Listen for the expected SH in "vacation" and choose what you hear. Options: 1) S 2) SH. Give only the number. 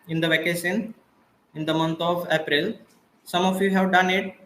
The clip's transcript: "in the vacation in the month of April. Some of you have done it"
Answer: 1